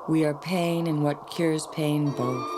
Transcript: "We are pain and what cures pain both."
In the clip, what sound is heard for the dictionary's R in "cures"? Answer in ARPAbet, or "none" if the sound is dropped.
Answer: R